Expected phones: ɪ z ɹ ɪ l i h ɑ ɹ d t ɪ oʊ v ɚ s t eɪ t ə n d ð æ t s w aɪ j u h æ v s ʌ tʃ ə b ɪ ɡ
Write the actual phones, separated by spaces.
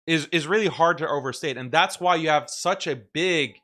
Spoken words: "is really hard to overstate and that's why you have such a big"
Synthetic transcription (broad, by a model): ɪ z ɹ ɪ l i h ɑ ɹ d t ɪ oʊ v ɚ s t eɪ t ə n ð æ t s w aɪ j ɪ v s ʌ tʃ ə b ɪ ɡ